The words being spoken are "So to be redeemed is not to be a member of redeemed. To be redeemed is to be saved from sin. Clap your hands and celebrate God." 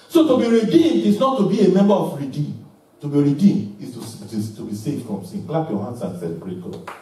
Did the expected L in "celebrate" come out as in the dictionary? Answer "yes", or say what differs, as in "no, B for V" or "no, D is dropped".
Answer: no, L is dropped